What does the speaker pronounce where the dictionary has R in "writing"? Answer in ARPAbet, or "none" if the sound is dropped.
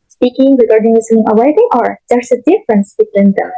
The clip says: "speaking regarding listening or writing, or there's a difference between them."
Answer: L